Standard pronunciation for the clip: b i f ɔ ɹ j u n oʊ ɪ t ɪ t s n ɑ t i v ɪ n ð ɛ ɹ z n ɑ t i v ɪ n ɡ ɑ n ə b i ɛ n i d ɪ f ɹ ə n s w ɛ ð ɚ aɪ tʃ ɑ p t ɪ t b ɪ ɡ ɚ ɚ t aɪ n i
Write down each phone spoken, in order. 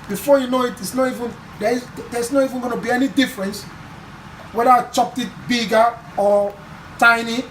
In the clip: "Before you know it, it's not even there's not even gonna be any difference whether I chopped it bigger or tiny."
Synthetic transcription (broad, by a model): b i f ɔ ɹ j u n oʊ ɪ t ɪ t s n ɑ t i v ɪ n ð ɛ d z n ɑ t i v ɪ n ɡ ɑ n ə b i ɛ n i d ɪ f ɹ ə n s w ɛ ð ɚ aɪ tʃ ɑ p t ɪ t b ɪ ɡ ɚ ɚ t aɪ n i